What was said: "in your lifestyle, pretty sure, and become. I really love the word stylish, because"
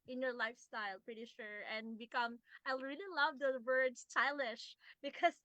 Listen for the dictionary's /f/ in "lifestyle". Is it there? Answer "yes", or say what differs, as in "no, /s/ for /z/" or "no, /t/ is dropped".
yes